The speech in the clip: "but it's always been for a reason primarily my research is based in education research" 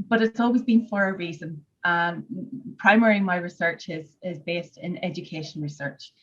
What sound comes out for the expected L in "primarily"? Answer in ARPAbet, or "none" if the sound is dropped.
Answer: none